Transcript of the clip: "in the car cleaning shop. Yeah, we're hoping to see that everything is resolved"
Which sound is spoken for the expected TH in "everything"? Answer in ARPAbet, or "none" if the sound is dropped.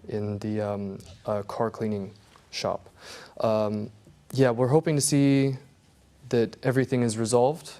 TH